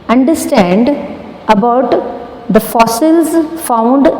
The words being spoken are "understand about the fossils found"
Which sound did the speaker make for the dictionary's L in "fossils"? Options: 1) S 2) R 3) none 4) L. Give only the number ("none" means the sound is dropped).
4